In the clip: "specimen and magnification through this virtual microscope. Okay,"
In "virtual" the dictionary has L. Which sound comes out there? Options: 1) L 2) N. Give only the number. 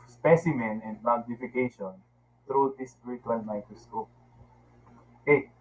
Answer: 2